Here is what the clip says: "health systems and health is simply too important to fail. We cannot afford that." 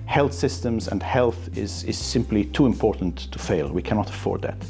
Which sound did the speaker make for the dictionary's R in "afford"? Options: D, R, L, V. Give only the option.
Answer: R